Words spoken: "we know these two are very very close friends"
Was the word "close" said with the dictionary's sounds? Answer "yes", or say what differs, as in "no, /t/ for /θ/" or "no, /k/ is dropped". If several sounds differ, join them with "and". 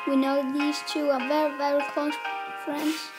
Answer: no, /l/ is dropped